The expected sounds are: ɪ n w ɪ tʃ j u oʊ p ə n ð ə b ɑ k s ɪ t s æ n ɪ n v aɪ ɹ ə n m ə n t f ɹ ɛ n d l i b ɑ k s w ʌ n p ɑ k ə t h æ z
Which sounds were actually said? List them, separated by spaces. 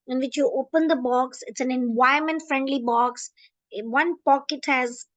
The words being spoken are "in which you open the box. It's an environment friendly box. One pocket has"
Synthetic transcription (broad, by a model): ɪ n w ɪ tʃ j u oʊ p ə n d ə b ɑ k s ɪ t s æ n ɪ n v aɪ ə m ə n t f ɹ ɛ n d l i b ɑ k s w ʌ n p ɑ k ə t h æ z